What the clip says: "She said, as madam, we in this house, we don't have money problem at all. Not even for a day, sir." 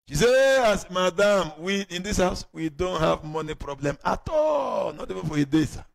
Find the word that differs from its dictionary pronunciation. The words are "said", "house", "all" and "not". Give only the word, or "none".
said